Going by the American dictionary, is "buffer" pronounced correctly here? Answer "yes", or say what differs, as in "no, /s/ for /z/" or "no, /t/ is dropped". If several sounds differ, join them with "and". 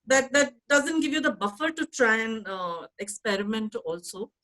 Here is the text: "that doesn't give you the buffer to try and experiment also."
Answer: yes